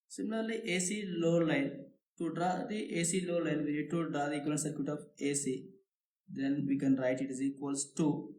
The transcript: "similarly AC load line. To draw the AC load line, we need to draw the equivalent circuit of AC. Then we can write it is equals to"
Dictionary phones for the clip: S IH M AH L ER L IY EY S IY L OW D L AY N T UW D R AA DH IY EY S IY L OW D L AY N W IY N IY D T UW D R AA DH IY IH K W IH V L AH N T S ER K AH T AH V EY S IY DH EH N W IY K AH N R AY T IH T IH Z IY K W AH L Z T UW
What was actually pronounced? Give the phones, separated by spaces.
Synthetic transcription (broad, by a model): S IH M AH L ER L IY EY S IY L OW L AY N T UW D R AA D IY EY S IY L OW L AY N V IY N IY D T UW D R AA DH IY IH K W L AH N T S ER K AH T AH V EY S IY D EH N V IY K AH N R AY T IH T IH Z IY K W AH L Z T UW